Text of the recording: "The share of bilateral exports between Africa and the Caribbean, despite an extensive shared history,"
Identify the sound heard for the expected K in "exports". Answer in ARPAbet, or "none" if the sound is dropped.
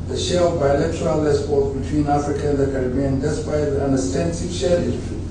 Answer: none